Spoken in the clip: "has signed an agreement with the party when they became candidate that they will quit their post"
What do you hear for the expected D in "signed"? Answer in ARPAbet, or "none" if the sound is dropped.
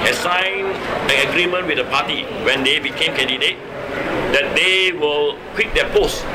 none